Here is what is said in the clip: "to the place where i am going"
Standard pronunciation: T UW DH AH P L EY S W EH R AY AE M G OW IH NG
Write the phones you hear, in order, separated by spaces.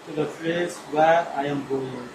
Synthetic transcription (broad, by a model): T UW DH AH F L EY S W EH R AY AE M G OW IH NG